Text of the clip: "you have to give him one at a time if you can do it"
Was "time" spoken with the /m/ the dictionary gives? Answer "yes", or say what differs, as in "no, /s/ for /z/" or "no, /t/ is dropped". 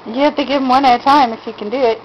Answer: yes